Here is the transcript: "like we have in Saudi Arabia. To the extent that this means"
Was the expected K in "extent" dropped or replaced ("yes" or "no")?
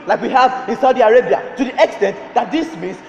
no